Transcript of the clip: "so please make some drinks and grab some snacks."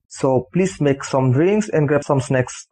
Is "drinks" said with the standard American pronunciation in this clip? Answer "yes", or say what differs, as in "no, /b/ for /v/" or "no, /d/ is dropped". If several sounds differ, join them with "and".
no, /k/ is dropped